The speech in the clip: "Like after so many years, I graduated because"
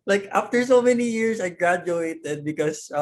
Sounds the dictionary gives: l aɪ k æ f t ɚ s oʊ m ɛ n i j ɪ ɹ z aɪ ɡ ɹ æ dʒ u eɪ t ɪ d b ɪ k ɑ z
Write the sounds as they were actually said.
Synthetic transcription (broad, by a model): l aɪ k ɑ f t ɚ s oʊ m ɛ n i j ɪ ɹ s aɪ ɡ ɹ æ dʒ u eɪ t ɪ d b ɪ k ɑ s